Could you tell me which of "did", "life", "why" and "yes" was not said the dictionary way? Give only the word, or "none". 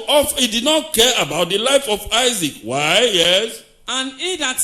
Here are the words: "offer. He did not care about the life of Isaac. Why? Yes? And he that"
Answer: none